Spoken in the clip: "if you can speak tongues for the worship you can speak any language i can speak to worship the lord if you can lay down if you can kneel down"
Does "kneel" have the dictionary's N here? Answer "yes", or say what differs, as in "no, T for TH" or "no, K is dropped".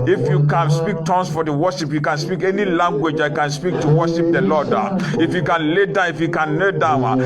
no, L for N